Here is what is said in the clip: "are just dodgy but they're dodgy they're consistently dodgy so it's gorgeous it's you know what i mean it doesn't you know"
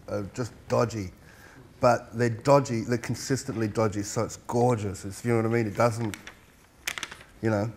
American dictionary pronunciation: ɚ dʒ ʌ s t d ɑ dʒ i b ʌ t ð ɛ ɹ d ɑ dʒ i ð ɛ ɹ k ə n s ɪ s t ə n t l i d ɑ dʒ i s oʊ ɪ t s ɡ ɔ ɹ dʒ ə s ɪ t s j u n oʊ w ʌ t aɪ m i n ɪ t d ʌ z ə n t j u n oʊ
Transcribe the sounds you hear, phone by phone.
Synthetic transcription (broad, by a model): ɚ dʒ ʌ s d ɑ dʒ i b ʌ t ð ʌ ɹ d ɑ dʒ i ð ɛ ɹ k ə n s ɪ s t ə n t l i d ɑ dʒ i s oʊ ɪ t s ɡ ɔ ɹ dʒ ə s ɪ t s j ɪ n oʊ w ʌ t aɪ m i n ɪ t d ʌ z ə n t j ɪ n oʊ